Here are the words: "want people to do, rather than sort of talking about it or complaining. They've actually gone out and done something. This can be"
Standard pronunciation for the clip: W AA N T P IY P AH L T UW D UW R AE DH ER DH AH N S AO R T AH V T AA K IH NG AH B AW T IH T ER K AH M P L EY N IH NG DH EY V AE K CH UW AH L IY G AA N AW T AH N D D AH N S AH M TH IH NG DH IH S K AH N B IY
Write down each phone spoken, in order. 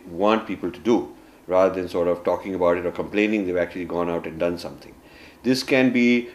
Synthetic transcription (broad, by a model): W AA N T P IY P AH L T UW D UW R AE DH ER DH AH N S AO R T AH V T AA K IH NG AH B AW T IH T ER K AH M P L EY N IH NG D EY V AE K CH UW AH L IY G AA N AW T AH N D D AH N S AH M T IH NG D IH S K AH N B IY